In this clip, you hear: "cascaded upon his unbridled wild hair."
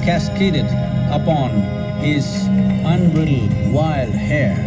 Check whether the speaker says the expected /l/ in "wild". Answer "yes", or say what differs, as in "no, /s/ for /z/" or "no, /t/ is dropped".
yes